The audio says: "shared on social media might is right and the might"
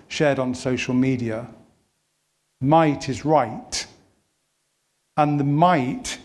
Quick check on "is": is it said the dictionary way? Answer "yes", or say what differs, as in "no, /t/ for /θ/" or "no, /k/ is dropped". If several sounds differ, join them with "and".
yes